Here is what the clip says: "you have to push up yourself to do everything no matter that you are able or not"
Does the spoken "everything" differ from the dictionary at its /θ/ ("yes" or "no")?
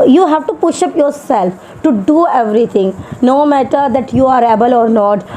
yes